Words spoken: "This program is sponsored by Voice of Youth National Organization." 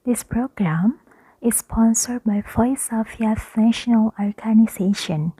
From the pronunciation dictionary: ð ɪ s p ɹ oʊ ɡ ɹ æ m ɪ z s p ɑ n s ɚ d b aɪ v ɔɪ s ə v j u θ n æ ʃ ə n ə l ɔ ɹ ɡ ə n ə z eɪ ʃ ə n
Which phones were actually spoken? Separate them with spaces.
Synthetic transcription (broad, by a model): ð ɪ s p ɹ oʊ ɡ ɹ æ m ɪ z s p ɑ n s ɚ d b aɪ f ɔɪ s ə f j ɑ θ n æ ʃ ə n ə l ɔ ɹ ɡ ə n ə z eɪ ʃ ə n